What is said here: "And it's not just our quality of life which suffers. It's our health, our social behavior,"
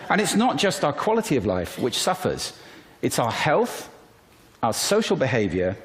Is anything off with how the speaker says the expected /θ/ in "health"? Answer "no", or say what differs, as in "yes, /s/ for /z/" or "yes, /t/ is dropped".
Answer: no